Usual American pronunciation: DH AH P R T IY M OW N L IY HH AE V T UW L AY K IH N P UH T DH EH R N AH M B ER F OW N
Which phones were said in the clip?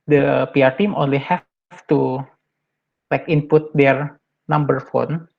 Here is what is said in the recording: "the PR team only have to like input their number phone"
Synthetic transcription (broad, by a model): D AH P R T IY M OW N L IY HH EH F T UW L AY K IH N P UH T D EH R N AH M B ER F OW N